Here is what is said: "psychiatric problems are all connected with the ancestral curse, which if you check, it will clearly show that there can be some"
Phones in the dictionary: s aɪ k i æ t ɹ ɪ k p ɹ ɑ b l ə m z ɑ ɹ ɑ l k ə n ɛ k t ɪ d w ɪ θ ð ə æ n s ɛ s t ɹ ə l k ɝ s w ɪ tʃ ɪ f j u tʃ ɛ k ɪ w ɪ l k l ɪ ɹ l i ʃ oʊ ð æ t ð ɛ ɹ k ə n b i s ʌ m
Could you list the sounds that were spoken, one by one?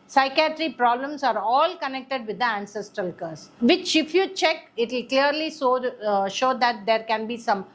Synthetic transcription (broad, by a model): s aɪ k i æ t ɹ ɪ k p ɹ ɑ b l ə m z ɑ ɹ ɑ l k ə n ɛ k t ɪ d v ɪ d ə æ n s ɛ s t ɹ ə l k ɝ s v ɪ tʃ ɪ f j u tʃ ɛ k ɪ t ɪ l k l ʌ ɹ l i ʃ oʊ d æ t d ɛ ɹ k ə n b i s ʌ m